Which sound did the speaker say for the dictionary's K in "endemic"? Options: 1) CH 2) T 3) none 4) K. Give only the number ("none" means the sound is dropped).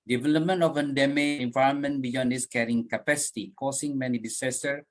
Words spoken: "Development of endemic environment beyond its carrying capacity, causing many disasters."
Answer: 3